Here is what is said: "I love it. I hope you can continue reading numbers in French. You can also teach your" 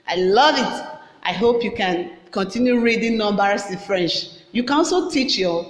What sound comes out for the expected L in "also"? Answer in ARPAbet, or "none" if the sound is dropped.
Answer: none